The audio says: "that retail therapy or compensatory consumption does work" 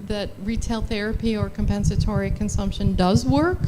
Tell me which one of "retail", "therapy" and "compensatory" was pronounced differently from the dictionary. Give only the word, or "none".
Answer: none